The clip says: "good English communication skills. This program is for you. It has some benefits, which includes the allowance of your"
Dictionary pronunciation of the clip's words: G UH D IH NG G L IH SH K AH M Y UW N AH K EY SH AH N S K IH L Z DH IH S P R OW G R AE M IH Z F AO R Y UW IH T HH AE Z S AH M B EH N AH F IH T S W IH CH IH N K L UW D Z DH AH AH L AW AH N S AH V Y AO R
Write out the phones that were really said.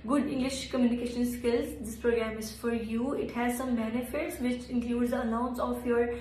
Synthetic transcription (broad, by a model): G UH D IH NG G L IH SH K AH M Y UW N AH K EY SH AH N S K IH L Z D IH S P R OW G R AE M IH Z F AO R Y UW IH T HH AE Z S AH M B EH N AH F IH T S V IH CH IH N K L UW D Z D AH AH N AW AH N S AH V Y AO R